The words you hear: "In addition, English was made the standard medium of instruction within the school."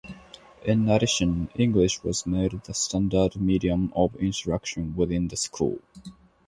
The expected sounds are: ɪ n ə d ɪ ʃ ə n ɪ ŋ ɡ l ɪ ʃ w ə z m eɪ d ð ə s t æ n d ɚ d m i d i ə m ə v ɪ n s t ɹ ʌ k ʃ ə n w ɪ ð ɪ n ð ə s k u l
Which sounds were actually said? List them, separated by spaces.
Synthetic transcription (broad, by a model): ɪ n ə d ɪ ʃ ə n ɪ ŋ ɡ l ɪ ʃ w ə z m eɪ d ð ə s t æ n d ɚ d m i d i ə m ə v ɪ n t ɹ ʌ k ʃ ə n w ɪ ð ɪ n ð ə s k u l